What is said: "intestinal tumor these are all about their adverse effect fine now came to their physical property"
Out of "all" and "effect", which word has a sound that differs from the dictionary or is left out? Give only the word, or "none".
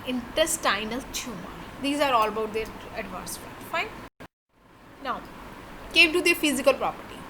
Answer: effect